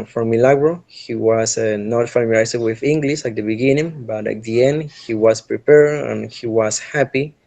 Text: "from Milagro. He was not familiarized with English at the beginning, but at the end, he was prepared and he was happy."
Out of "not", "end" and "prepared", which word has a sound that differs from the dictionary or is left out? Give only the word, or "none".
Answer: prepared